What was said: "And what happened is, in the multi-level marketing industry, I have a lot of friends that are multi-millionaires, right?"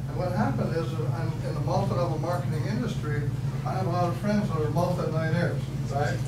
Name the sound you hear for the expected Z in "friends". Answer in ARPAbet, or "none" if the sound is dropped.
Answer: Z